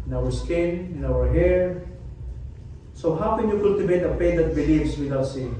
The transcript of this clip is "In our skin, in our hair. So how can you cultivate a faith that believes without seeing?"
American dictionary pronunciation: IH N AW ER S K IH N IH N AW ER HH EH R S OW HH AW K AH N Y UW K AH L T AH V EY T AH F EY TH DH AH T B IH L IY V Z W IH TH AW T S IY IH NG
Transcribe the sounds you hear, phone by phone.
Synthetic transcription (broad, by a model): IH N AW ER S K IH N IH N AW ER HH EH R S OW HH AW K AH N Y UW K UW L T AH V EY T AH P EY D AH T B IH L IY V S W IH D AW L S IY